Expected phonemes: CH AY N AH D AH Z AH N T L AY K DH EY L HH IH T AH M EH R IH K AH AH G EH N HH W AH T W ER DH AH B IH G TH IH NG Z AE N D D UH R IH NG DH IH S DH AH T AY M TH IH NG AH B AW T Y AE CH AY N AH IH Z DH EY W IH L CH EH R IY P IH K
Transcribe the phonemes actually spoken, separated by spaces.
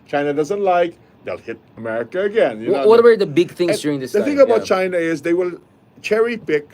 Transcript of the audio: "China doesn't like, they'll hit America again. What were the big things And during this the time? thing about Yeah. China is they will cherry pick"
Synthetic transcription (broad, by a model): CH AY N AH D AH Z AH N T L AY K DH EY L HH IH T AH M EH R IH K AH AH G EH N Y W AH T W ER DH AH B IH G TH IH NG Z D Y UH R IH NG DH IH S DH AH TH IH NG AH B AW T CH AY N AH IH Z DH EY W IH L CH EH R IY P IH K